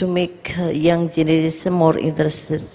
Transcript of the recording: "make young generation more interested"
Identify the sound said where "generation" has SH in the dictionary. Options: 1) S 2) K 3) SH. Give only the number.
1